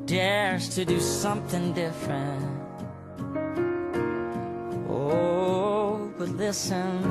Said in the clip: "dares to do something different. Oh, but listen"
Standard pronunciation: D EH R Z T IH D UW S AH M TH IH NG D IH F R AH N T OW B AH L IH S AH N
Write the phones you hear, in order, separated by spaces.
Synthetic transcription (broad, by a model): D EH R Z T IH D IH S AH M TH IH NG D IH F R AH N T OW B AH L IH S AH N